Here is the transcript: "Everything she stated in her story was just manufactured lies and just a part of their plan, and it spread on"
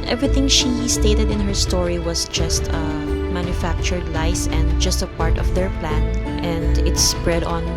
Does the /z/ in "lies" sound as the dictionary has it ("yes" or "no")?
no